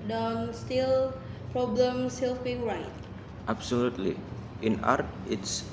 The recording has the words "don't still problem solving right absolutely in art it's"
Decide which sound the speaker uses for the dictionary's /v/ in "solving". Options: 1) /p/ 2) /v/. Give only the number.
1